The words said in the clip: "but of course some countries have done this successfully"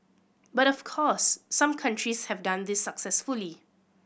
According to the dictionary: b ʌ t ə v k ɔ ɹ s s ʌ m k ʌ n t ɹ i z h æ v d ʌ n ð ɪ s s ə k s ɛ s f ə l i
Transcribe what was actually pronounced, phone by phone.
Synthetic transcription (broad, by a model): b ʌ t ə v k ɔ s s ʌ m k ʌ n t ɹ i s h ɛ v d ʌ n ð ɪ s s ə k s ɛ s f ə l i